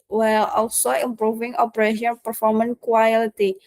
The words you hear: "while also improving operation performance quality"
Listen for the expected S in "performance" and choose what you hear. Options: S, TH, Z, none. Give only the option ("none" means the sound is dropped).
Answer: none